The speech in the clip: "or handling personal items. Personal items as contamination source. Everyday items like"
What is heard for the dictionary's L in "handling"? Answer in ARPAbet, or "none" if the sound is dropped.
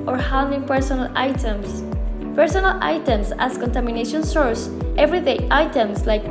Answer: none